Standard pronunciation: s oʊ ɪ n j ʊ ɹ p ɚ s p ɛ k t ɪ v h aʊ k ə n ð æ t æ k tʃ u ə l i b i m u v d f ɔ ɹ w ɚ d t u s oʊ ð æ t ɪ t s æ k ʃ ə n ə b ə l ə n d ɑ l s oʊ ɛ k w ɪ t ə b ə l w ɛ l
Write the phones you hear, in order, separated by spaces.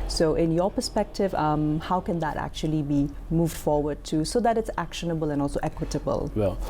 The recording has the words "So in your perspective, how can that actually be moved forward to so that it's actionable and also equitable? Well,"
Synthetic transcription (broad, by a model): s oʊ ɪ n j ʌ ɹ p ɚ s p ɛ k t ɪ v h aʊ k ə n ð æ t æ k tʃ u ə l i b i m u v d f ɔ ɹ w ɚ d t u s oʊ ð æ t ɪ t s æ k ʃ ə n ə b ə l ə n d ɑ l s oʊ ɛ k w ɪ t ə b ə l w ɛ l